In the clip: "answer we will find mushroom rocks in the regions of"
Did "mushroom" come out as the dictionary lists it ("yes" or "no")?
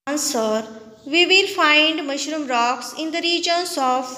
yes